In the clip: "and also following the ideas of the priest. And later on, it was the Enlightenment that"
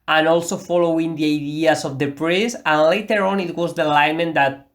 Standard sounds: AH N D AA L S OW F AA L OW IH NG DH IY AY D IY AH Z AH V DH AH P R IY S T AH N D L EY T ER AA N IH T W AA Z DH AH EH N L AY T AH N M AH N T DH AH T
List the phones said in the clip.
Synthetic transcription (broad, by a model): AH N AA L S OW F AA L OW IH NG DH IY AY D IY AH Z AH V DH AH P R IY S AH N L EY T ER AA N IH T W AA Z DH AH L AY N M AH N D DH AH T